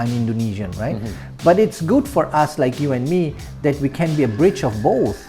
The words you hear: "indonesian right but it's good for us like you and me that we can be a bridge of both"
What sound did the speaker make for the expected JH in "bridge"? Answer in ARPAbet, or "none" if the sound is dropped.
CH